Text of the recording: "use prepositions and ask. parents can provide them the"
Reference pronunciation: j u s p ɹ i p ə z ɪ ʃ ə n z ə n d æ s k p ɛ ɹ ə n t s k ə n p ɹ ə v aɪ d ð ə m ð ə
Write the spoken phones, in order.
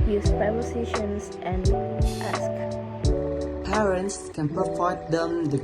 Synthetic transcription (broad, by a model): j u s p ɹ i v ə s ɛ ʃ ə n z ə n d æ s k p ɛ ɹ ə n t s k ə n p ɹ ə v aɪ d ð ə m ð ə